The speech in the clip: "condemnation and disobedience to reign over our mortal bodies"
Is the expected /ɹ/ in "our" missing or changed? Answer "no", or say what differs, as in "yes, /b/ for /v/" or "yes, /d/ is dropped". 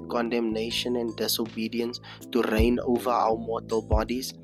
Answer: yes, /w/ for /ɹ/